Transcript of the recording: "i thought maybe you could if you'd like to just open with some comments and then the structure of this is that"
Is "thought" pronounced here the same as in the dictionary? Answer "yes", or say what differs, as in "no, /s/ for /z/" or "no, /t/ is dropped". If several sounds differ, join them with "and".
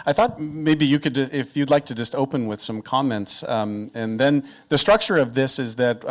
yes